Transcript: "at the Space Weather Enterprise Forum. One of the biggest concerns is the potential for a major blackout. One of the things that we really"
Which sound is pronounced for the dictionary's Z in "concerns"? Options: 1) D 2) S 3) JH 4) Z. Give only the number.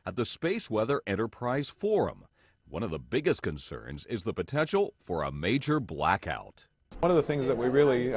4